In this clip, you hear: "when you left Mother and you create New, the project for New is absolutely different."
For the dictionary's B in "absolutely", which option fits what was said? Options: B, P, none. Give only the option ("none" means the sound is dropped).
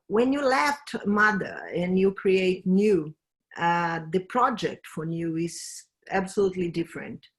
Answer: B